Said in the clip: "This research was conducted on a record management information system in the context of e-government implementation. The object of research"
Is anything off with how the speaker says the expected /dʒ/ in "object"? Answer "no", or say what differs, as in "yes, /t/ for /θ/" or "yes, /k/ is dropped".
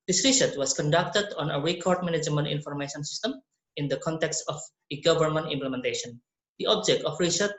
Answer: no